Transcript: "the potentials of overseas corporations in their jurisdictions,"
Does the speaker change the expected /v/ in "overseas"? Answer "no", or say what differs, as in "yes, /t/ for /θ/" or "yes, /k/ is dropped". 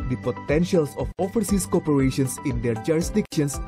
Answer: yes, /f/ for /v/